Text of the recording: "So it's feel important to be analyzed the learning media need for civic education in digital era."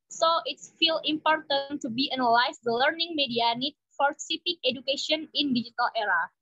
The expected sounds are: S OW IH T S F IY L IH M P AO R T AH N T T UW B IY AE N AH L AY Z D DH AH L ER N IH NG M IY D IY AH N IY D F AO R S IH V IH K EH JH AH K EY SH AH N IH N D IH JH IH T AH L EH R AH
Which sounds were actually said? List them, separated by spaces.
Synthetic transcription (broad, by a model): S OW IH T S F IY L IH M P AO R T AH N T T UW B IY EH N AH L AY S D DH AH L ER N IH NG M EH D IY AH N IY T F AO R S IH P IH K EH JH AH K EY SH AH N IH N D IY JH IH T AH L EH R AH